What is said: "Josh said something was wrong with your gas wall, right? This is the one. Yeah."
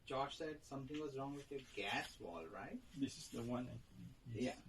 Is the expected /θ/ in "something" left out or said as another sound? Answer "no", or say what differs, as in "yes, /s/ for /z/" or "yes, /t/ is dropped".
yes, /t/ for /θ/